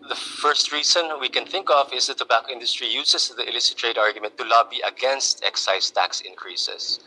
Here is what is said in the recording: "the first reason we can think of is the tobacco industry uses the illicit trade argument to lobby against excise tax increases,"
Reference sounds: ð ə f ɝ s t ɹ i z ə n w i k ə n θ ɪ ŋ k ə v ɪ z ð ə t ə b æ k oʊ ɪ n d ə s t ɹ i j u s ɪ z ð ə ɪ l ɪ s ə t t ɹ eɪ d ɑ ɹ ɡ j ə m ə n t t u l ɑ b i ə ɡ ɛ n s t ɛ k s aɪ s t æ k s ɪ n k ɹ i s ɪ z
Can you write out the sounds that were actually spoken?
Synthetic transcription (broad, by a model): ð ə f ɝ s t ɹ i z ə n w i k ə n θ ɪ ŋ k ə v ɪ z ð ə t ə b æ k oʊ ɪ n d ə s t ɹ i j u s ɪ s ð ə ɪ l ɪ s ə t t ɹ eɪ d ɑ ɹ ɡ j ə m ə n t t u l ɑ b i ə ɡ ɛ n s t ɛ k s aɪ s t æ k s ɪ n k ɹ i s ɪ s